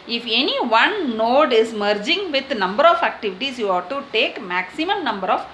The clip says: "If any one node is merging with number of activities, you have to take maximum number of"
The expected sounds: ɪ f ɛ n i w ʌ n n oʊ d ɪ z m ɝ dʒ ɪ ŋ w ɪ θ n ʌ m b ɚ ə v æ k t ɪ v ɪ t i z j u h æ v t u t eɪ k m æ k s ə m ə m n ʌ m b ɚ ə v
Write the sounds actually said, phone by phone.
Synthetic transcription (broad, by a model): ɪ f ɛ n i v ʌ n n oʊ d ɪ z m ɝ dʒ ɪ ŋ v ɪ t n ʌ m b ɚ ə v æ k t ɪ v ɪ t i s j u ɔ t u t eɪ k m æ k s ə m ə m n ʌ m b ɚ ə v